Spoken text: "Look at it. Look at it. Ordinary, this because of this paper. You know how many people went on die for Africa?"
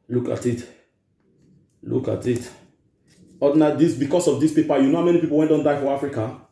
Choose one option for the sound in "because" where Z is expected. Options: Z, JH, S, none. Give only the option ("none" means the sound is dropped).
S